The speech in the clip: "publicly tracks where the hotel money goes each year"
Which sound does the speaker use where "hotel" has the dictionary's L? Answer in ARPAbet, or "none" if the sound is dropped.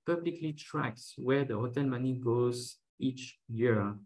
N